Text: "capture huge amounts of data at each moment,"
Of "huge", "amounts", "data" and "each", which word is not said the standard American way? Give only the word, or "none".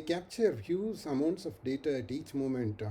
huge